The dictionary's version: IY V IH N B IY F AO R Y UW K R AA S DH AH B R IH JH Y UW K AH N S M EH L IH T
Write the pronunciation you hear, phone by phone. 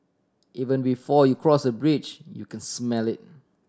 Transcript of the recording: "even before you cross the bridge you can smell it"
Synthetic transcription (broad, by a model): IY V IH N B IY F AO Y UW K R AA S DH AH B R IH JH Y UW K AH N S M EH L IH T